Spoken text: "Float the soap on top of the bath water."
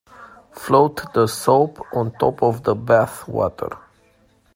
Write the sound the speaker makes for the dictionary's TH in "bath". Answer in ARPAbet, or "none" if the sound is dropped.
TH